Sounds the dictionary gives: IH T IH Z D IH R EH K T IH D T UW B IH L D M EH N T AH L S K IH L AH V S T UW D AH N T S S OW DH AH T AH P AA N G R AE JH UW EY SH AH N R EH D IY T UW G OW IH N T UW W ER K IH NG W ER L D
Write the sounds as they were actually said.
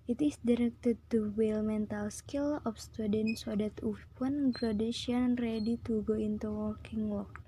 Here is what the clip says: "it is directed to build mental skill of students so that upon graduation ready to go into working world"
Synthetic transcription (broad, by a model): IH T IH S D IH R EH K T IH D T UW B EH L M EH N T AH L S K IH L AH F S T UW D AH N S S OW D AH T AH F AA N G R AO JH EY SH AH N R EH D IY T UW G OW IH N T UW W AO K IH NG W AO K